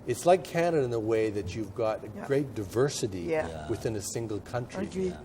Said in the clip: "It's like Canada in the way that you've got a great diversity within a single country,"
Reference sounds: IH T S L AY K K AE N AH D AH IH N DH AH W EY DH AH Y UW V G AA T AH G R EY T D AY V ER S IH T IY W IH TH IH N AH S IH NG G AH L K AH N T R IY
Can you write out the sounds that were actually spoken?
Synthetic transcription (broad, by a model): IH T S L AY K K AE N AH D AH IH N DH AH W EY DH AH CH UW V G AA T AH G R EY T D AY V ER S IH T IY W IH TH IH N AH S IH NG G L K AH N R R IY